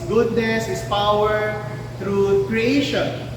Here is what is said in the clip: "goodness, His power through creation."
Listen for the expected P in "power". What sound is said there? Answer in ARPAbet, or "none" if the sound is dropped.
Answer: P